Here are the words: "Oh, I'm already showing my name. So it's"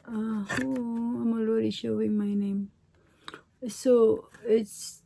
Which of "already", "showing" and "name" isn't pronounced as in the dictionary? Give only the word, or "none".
already